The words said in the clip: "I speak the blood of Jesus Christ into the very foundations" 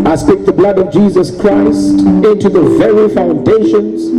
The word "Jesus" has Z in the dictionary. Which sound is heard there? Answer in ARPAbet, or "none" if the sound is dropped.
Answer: Z